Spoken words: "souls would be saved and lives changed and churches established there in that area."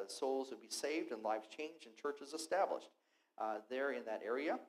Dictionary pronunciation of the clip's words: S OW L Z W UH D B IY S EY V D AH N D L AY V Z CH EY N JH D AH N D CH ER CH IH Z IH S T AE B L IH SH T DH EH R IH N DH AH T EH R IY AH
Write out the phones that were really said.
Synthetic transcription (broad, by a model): S OW L Z W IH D B IY S EY V D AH N L AY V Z CH EY N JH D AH N CH ER CH IH Z IH S T AE B L IH SH T DH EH R IH N DH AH T EH R IY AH